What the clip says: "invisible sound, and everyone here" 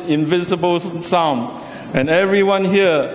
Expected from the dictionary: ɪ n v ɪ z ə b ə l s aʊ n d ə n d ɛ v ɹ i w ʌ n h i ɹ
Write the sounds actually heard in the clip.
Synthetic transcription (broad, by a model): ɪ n v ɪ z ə b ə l s aʊ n ə n ɛ v ɹ i w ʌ n h i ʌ